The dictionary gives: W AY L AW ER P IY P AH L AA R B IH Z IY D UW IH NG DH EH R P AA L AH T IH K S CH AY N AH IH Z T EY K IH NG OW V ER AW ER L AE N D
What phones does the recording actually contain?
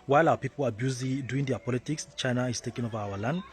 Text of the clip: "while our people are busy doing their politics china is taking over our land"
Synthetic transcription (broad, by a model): W AY L AW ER P IY P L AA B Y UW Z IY D UW IH NG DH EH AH P AA L AH T IH K S CH AY N AH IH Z T EY K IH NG OW V ER AW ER L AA N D